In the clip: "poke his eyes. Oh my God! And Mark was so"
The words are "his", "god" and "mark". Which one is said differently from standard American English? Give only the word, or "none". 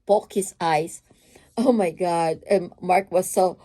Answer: his